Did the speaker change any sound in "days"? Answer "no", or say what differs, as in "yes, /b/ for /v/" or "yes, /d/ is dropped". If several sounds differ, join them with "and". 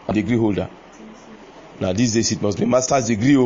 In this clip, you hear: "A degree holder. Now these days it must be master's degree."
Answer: yes, /s/ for /z/